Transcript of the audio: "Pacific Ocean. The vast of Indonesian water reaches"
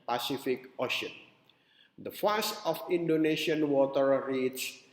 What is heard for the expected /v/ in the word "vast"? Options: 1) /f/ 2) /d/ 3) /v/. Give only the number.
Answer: 1